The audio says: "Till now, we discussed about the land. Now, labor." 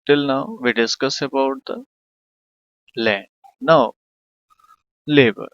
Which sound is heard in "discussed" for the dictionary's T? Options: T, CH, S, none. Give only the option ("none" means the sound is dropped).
none